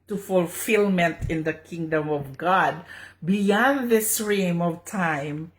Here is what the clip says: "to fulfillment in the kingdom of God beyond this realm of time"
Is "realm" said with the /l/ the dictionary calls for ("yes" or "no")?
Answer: no